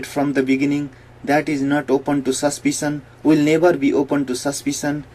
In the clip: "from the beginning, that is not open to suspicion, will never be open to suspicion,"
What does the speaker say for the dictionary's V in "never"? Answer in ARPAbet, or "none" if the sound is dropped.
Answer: B